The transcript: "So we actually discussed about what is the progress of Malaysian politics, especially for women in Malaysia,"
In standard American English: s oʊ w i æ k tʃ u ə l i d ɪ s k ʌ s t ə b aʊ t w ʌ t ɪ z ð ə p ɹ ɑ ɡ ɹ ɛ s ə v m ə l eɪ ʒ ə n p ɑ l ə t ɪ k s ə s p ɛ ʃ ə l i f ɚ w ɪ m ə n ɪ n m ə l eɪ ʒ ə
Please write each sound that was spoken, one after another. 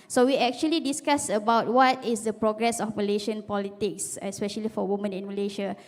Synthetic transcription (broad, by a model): s oʊ w i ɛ k tʃ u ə l i d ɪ s k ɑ s ə b aʊ t w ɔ t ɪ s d ə p ɹ ɑ ɡ ɹ ɛ s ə f m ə l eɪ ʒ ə n p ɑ l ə t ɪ k s ə s p ɛ ʃ ə l i f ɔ w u m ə n ɪ n m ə l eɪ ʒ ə